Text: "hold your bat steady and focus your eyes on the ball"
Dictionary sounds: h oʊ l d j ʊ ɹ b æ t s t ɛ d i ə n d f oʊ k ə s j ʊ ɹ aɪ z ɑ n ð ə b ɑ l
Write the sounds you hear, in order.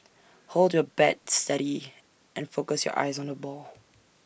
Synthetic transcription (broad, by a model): h oʊ l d j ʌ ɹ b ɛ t s t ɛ d i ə n f oʊ k ə s j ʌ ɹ aɪ z n ð ə b ɑ l